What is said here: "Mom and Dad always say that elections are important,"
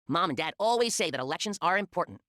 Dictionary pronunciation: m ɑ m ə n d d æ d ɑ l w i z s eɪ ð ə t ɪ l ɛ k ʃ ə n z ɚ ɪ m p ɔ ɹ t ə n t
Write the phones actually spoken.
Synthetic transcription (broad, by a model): m ɑ m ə n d d æ d ɑ l w i z s eɪ ð ə t ɪ l ɛ k ʃ ə n z ɚ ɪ m p ɔ ɹ t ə n t